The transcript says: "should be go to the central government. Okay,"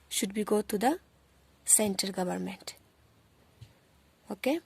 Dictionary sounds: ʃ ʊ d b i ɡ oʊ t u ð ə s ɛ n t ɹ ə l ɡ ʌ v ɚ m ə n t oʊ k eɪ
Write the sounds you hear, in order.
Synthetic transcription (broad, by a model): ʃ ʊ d b i ɡ oʊ t u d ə s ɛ n t ə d ɡ ʌ v ɚ m ə n t oʊ k eɪ